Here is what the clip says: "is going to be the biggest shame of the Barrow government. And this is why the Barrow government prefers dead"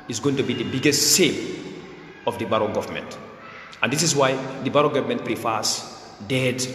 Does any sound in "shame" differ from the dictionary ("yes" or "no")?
yes